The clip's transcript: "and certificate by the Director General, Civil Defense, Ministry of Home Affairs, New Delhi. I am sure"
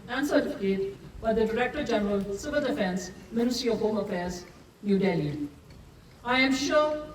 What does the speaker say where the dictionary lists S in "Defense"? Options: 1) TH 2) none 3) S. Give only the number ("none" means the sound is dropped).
3